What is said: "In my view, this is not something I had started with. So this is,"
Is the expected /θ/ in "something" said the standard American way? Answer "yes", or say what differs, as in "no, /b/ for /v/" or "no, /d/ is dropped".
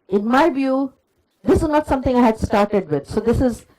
no, /t/ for /θ/